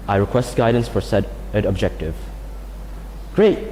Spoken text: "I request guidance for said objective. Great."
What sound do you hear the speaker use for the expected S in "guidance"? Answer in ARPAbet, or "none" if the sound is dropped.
S